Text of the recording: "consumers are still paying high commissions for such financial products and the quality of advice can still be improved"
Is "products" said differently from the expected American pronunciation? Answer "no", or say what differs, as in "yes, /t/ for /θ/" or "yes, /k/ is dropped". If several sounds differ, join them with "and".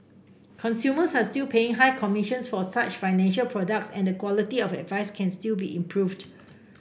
no